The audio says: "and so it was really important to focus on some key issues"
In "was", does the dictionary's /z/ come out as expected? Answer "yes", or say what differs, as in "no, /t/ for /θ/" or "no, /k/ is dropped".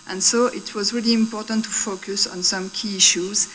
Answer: yes